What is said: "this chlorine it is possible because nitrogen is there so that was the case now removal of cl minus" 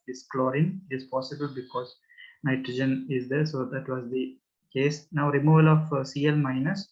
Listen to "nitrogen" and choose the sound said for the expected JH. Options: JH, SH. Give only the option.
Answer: JH